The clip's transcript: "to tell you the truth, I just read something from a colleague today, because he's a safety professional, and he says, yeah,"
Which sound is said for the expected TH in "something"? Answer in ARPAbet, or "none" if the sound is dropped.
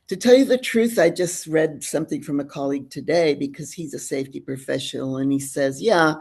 TH